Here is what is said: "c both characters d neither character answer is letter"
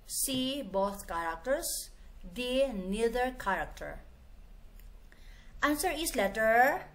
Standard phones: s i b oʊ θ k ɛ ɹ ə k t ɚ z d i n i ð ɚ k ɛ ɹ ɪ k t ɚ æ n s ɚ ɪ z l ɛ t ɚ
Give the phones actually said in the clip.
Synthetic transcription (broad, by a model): s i b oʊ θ k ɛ ɹ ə k t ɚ s d i n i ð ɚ k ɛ ɹ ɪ k t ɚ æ n s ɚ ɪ s l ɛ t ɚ